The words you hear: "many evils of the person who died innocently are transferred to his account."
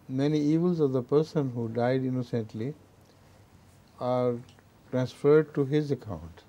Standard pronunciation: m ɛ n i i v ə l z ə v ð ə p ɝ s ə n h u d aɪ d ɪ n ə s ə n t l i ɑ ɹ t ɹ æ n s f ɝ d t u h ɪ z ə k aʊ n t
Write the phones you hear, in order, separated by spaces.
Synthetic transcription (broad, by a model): m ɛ n i i v ə l z ə v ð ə p ɝ s ə n h u d aɪ d ɪ n ə s ə n t l i ɑ ɹ t ɹ æ n s f ɝ d t u h ɪ z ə k aʊ n t